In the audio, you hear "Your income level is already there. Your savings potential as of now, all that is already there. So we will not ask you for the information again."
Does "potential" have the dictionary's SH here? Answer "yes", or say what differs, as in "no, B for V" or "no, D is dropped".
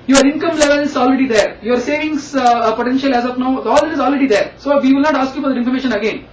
yes